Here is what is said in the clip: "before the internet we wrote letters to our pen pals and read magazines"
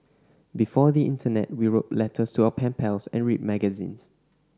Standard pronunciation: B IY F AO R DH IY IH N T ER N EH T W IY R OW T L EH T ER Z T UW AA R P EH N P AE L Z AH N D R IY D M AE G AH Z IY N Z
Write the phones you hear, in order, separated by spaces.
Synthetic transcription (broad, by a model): B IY F AO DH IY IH N T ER N EH T W IY R OW T L EH T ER S T UW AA P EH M P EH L S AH N R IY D M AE G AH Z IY N S